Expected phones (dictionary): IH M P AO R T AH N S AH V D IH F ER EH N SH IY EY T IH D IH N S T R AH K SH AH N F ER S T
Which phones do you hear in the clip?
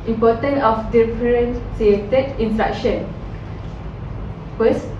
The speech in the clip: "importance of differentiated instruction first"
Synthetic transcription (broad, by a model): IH M P AO T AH N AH F D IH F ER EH N S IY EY T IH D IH N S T R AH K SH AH N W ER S